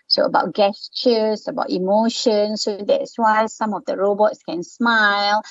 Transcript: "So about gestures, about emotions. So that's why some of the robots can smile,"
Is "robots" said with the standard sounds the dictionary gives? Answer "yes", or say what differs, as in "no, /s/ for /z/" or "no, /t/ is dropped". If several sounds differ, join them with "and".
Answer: yes